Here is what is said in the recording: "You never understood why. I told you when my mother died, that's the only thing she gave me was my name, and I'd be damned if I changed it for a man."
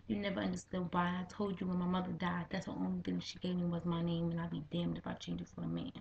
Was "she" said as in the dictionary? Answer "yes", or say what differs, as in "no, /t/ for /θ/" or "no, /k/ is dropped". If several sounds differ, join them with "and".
yes